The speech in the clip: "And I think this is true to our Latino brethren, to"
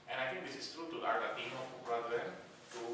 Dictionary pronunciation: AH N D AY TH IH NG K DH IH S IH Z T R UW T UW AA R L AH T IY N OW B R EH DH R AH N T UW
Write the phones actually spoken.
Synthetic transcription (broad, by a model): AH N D AY T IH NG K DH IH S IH S T R UW T UW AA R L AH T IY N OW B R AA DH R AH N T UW